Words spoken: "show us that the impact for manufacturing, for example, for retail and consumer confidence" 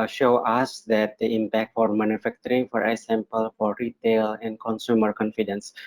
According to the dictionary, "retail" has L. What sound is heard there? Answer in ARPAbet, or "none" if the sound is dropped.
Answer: L